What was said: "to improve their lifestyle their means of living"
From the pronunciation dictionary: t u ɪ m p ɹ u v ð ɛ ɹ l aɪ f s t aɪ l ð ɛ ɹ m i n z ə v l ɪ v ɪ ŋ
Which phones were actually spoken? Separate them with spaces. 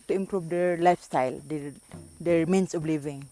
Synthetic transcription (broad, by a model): t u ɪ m p ɹ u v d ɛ ɹ l aɪ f s t aɪ l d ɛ ɹ m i n s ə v l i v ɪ ŋ